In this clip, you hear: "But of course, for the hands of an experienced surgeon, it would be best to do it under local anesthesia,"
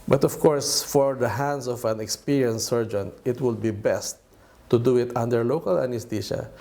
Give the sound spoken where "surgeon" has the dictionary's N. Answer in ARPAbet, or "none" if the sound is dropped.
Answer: N